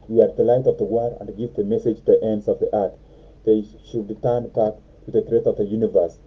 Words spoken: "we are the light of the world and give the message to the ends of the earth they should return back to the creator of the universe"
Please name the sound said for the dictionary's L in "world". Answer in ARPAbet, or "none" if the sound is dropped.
none